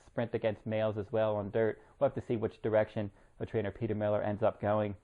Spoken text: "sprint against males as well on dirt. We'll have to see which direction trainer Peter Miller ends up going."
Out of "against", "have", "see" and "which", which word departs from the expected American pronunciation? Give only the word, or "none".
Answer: have